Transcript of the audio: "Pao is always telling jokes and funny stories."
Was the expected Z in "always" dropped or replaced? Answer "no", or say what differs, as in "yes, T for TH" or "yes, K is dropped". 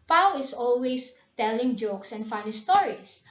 yes, S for Z